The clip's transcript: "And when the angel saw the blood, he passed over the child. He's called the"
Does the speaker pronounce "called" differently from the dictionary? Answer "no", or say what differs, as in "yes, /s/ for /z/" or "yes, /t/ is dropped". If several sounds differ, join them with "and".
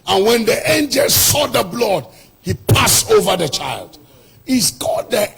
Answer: yes, /l/ is dropped